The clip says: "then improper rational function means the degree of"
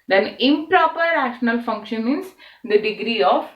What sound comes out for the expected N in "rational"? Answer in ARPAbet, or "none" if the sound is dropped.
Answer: N